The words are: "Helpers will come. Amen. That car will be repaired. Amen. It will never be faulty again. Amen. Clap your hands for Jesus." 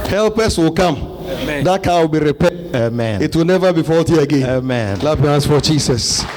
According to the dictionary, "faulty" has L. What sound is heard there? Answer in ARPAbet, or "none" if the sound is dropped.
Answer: L